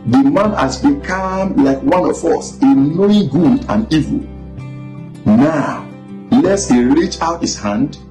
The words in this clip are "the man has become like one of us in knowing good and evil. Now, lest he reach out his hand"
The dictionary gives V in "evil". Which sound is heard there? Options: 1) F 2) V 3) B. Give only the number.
2